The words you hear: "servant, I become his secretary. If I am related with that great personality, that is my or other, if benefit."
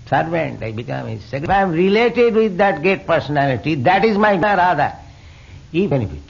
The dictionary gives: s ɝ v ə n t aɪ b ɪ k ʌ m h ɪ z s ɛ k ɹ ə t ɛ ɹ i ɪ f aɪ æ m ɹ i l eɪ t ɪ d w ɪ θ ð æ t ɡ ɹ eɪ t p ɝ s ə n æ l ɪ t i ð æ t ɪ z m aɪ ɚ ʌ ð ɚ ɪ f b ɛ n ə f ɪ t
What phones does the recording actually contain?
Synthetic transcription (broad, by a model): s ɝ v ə n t aɪ b ɪ k ʌ m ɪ s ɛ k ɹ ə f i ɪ m ɹ i l eɪ t ɪ d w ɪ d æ t ɡ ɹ eɪ t p ɝ s ə n æ l ɪ t i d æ t ɪ z m aɪ ɚ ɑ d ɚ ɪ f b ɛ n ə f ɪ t